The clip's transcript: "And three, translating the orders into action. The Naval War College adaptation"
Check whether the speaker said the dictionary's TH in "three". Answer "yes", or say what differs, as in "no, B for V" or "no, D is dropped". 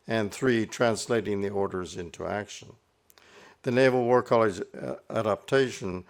yes